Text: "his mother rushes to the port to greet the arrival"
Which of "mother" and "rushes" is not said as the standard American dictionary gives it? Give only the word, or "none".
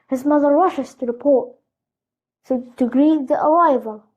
rushes